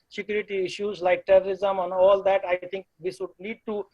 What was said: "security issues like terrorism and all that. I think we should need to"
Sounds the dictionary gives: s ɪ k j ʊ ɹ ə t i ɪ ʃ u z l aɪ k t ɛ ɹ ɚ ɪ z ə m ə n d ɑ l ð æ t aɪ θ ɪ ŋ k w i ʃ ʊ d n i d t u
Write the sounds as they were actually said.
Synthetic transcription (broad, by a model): s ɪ k j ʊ ɹ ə t i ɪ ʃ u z l aɪ k t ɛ ɹ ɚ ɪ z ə m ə n ɑ l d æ t aɪ t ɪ ŋ k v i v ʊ d l i d t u